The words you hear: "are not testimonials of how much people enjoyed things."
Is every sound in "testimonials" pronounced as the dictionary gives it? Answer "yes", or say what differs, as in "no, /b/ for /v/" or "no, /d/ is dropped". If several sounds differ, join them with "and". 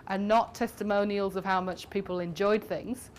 yes